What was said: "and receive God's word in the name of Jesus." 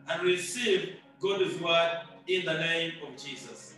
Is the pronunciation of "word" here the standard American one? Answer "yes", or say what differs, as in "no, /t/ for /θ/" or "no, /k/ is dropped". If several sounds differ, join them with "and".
no, /d/ is dropped